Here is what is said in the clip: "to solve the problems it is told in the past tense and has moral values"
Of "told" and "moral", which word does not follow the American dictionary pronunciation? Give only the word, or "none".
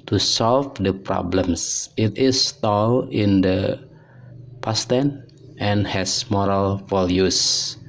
told